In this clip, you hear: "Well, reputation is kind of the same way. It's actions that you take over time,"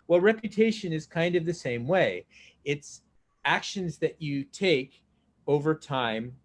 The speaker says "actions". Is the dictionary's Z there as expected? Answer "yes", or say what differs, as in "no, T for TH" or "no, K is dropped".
yes